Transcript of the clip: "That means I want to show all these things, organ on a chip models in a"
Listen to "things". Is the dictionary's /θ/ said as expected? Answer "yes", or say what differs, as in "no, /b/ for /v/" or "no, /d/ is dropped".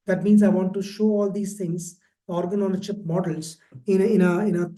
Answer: no, /t/ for /θ/